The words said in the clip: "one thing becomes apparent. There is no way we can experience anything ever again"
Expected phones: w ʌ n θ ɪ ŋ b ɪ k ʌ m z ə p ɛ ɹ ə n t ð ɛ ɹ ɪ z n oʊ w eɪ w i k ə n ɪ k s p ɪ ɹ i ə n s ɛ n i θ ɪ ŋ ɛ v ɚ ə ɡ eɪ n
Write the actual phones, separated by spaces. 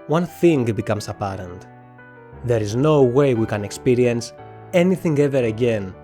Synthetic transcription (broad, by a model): w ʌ n θ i ŋ b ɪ k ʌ m s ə p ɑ ɹ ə n t ð ɛ ɹ ɪ z n oʊ w eɪ w i k ə n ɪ k s p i ɹ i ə n s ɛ n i θ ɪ ŋ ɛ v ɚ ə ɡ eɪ n